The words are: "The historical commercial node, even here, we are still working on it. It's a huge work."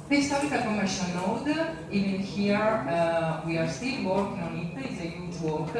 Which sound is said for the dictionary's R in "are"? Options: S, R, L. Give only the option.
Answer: R